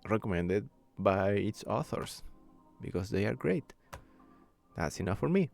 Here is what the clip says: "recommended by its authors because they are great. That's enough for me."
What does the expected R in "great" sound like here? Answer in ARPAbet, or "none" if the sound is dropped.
R